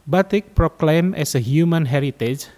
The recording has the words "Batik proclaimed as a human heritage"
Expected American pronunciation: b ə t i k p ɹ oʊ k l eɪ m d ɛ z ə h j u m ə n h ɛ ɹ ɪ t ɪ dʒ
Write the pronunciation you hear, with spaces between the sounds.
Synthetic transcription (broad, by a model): b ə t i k p ɹ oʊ k l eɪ m ɛ s ə h j u m ə n h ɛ ɹ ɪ t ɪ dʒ